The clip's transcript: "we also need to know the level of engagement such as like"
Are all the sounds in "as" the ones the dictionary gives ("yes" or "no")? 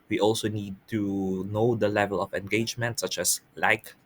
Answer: no